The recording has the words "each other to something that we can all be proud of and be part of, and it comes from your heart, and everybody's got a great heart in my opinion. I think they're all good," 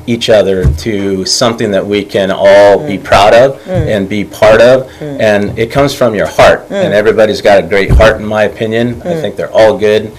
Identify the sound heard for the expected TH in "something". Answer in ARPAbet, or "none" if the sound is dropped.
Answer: TH